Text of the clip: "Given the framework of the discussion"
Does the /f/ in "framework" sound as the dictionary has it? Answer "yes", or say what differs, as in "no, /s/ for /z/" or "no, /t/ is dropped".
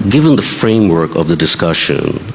yes